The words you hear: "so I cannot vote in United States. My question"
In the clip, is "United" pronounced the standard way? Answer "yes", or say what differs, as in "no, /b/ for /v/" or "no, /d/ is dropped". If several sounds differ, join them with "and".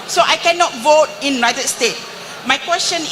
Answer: no, /n/ is dropped